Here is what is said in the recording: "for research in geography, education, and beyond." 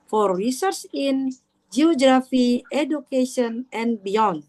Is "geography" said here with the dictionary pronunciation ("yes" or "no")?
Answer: yes